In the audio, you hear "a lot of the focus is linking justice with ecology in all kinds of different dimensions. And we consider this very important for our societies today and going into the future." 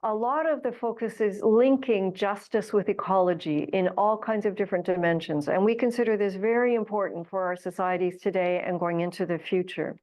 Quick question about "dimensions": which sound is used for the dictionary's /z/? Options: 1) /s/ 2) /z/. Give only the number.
2